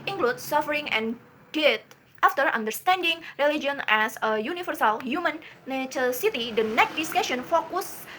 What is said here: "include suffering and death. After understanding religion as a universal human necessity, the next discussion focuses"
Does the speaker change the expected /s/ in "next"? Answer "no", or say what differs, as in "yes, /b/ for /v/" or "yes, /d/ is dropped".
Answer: yes, /s/ is dropped